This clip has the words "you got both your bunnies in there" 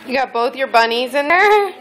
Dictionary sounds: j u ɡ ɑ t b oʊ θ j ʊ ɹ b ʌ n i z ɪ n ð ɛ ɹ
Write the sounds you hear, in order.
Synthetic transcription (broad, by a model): j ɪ ɡ ɑ t b oʊ θ j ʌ ɹ b ʌ n i z ɪ n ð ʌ ɹ